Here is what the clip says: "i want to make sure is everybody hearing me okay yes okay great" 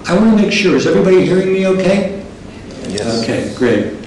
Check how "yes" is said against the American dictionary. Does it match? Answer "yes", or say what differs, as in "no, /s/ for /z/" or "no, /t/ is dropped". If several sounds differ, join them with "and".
no, /s/ is dropped